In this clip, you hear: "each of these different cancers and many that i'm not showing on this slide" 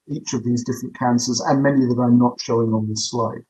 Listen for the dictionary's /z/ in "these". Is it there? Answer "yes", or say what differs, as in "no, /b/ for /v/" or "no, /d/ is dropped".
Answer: yes